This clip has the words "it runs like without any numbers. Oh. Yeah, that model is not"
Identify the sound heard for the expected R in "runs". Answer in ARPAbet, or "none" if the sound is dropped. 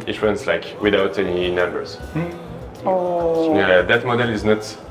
W